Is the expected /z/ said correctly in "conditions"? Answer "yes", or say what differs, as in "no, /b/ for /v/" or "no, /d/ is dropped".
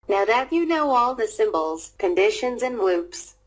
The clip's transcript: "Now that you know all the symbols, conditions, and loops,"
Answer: yes